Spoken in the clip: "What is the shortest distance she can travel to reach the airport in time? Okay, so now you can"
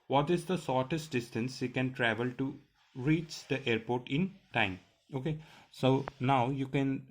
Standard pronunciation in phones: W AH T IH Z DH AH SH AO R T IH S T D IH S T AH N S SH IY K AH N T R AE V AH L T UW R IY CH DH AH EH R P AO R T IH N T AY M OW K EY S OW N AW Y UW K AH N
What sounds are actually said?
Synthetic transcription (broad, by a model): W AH T IH Z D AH S AO R T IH S T D IH S T AH N S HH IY K AH N T R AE V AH L T UW R IY CH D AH EH R P AO R T IH N T AY M OW K EY S OW N AW Y UW K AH N